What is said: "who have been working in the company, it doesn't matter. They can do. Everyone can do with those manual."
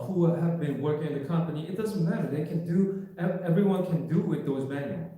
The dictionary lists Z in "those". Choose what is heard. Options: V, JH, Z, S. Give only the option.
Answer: Z